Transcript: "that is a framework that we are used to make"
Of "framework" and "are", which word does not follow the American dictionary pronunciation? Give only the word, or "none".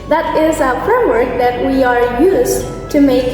none